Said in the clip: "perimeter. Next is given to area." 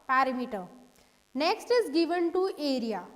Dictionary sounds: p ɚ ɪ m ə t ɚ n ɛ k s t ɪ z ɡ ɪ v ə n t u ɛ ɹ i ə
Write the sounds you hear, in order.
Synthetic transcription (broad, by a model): p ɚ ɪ m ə t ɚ n ɛ k s t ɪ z ɡ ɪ v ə n t u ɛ ɹ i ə